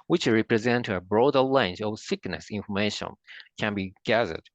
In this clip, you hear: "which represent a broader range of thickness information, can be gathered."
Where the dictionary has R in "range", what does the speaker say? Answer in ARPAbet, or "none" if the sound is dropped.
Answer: L